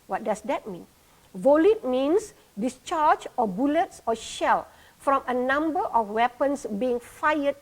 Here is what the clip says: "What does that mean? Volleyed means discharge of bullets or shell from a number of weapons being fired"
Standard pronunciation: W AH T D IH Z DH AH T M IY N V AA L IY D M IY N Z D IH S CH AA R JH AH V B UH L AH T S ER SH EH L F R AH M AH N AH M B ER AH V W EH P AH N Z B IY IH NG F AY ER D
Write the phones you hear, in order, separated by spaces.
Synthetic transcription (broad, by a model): W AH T D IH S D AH T M IY N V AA L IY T M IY N S D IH S CH AA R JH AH B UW L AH T S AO SH EH L F R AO M AH N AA M B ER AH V W EH P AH N S B IY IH NG F AY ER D